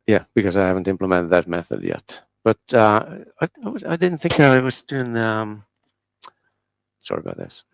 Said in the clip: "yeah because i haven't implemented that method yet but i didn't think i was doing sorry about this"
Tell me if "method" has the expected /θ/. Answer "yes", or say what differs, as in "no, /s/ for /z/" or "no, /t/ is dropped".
yes